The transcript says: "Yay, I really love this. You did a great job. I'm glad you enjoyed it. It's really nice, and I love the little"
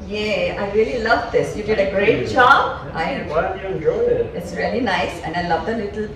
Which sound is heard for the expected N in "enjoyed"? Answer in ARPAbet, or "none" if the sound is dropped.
none